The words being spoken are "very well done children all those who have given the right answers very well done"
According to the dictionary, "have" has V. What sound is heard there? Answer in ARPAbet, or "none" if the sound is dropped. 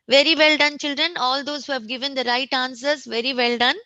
V